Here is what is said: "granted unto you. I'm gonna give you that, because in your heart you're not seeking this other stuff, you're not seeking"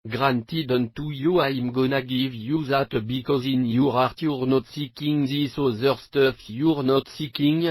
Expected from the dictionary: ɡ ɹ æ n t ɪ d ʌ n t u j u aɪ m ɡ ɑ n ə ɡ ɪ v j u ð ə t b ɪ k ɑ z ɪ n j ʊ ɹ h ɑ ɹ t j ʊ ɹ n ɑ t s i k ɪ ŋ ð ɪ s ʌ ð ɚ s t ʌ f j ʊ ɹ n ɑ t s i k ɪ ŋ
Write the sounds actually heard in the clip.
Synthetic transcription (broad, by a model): ɡ ɹ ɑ n t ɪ d ʌ n t u j u aɪ m ɡ ɑ n ə ɡ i v j u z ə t b ɪ k ɑ z ɪ n j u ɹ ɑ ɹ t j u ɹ n ɑ t s i k ɪ ŋ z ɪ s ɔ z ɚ s t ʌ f j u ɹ n ɑ t s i k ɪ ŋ